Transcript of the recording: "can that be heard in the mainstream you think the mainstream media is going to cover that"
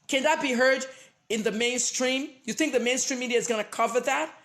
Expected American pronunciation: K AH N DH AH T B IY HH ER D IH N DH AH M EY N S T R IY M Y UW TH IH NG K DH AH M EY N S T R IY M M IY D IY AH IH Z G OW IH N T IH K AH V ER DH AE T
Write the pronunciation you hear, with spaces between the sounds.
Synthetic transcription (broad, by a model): K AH N DH AH T B IY HH ER D IH N DH AH M EY N S T R IY M Y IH TH IH NG K DH AH M EY N S T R IY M M IY D IY AH IH Z G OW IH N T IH K AH V ER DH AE T